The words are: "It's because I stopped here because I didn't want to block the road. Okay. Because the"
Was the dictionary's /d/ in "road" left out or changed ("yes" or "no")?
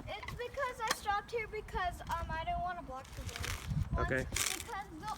yes